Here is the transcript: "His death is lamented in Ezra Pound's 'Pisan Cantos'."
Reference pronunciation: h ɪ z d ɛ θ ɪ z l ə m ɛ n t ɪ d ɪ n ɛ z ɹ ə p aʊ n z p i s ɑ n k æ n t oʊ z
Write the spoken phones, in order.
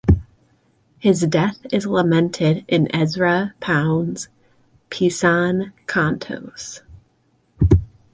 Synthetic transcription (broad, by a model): h ɪ z d ɛ θ ɪ z l ə m ɛ n t ɪ d ɪ n ɛ z ɹ ə p aʊ n z p i s ɑ n k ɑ n t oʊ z